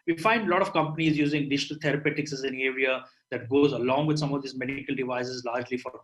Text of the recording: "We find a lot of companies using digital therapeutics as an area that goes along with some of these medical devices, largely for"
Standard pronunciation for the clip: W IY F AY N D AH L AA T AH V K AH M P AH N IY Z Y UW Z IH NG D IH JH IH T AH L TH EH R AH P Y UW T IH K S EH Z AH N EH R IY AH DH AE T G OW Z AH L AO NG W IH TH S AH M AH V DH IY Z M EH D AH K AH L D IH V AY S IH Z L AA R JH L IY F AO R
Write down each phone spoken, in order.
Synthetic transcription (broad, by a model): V IY F AY N D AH L AA T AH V K AH M P AH N IY Z Y UW Z IH NG D IH JH IH T AH L T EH R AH P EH T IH K S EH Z AH N EH R IY AH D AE T G OW Z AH L AO NG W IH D S AH M AH V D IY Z M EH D K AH L D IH V AY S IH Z L AA R JH L IY F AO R